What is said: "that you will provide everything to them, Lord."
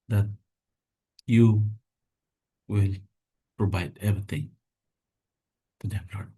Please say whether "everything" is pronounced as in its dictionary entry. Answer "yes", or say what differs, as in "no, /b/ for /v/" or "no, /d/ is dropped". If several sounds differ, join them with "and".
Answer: no, /t/ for /θ/